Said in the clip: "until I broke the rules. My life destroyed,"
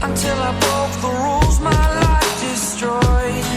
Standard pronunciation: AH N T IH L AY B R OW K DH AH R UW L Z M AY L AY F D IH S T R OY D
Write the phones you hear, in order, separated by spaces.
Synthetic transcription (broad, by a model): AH N T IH L AY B OW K DH AH R UW L Z M AY L AY F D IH S T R OY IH